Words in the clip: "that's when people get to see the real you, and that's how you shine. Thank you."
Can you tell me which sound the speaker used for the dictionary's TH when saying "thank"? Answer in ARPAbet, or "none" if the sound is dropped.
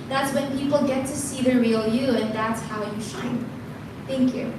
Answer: TH